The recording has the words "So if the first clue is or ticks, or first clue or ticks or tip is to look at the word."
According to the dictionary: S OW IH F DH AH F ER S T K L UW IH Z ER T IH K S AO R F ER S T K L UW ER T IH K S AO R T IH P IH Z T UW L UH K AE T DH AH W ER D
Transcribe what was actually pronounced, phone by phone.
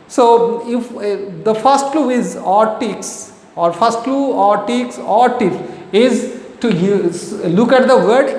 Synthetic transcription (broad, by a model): S OW IH F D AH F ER S T K L UW IH Z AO T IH K S AO R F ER S T K L UW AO T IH K S AO R T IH F IH Z T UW L UH K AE T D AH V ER D